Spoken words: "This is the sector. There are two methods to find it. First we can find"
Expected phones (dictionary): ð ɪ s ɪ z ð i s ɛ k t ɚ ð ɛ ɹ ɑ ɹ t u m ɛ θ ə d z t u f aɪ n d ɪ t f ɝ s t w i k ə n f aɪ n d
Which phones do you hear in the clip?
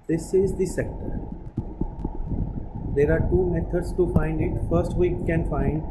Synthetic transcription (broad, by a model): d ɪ s ɪ z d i s ɛ k t ɚ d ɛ ɹ ɑ ɹ t u m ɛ t ə d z t u f aɪ n d ɪ t f ɝ s t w i k ə n f aɪ n d